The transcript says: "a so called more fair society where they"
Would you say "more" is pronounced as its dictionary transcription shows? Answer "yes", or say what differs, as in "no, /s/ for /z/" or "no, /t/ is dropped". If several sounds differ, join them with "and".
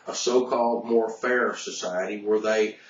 yes